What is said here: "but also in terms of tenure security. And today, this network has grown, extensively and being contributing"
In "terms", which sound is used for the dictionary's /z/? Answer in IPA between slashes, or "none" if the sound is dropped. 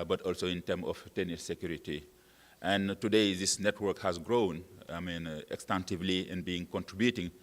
none